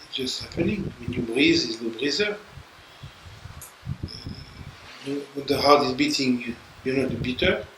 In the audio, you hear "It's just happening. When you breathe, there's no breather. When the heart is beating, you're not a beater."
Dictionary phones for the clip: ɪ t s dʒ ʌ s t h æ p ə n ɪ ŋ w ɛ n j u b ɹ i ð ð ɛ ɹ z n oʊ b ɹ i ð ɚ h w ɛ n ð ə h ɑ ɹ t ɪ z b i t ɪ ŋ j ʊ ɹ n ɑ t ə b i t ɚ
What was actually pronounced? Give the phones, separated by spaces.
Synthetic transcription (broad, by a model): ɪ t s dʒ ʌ s t h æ p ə n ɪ ŋ w ɛ n j u b ɹ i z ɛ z l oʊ b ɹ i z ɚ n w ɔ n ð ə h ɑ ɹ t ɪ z b i t ɪ ŋ j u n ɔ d ə b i t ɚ